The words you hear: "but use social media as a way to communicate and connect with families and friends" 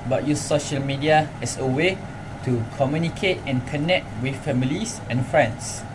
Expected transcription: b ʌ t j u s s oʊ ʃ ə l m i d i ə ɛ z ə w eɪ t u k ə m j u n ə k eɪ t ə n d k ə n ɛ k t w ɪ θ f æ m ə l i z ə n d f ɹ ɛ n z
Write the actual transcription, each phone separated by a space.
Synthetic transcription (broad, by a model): b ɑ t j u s s oʊ ʃ ə l m i d i ə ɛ s ə w eɪ t u k ə m j u n ə k eɪ t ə n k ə n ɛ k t w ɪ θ f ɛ m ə l i s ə n f ɹ ɛ n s